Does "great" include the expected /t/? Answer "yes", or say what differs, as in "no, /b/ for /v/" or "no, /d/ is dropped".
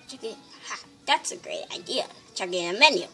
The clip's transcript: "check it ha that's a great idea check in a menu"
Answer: yes